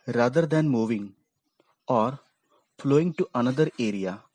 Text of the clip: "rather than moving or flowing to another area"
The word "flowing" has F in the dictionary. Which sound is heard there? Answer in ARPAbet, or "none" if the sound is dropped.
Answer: F